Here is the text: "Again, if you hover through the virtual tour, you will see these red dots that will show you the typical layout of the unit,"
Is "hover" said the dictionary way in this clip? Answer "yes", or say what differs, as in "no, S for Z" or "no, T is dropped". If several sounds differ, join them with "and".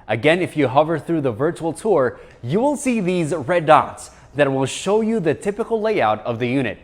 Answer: yes